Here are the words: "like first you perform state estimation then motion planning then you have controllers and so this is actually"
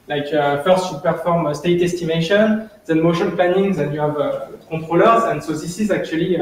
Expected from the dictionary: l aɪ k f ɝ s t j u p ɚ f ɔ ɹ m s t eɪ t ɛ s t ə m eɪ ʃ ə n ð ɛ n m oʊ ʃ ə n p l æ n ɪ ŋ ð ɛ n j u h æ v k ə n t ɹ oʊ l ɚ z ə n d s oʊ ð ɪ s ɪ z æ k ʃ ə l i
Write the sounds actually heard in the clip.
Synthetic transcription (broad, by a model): l aɪ k f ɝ s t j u p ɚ f ɔ ɹ m s t eɪ t ɛ s t ə m eɪ ʃ ə n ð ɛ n m oʊ ʃ ə n p l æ n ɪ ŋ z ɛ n j u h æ v k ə t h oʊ l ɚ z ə n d s oʊ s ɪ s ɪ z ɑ k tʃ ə l i